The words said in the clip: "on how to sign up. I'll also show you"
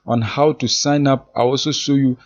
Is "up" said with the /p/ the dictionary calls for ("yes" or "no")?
yes